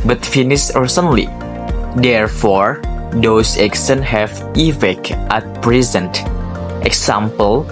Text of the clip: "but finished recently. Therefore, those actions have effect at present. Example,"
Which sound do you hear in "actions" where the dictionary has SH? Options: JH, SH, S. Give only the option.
S